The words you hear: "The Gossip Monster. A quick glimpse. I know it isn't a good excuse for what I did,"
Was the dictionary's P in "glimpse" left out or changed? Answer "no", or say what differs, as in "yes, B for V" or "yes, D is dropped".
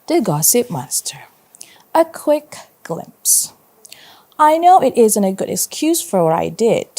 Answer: no